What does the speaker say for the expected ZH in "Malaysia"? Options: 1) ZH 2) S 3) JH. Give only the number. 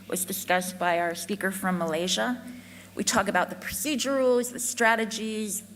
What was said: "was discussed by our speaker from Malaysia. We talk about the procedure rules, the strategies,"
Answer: 1